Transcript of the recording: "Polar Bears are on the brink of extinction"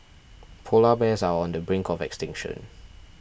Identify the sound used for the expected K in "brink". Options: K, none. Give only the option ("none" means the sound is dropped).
K